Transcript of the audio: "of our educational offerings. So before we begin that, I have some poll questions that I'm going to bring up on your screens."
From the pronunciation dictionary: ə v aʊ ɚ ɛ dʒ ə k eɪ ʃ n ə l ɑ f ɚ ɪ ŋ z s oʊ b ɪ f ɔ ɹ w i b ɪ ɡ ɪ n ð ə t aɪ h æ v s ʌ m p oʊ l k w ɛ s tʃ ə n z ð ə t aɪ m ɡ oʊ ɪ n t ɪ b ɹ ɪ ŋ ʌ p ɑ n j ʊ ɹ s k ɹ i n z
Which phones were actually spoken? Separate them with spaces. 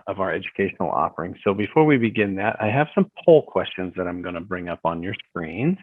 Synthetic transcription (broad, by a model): ə v aʊ ɚ ɛ dʒ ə k eɪ ʃ n l ɑ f ɚ ɪ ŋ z s oʊ b ɪ f ɔ ɹ w i b ɪ ɡ ɪ n ð ə t aɪ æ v s ʌ m p oʊ l k w ɛ s tʃ ə n z ð ə t aɪ m ɡ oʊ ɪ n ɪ b ɹ ɪ ŋ ʌ p n j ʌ ɹ s k ɹ i n